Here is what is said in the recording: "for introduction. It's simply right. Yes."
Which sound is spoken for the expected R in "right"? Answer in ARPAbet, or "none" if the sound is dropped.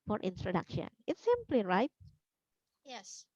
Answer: R